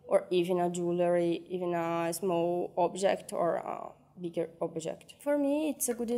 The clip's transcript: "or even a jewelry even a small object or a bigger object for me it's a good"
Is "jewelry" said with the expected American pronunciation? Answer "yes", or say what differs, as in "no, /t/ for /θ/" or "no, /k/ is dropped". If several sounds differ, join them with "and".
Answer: yes